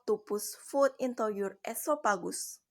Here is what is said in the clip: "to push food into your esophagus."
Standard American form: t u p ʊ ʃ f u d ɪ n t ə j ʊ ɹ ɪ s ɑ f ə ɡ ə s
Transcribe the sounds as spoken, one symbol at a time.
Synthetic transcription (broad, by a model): t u p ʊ s f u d ɪ n t ə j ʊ ɹ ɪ s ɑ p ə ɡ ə s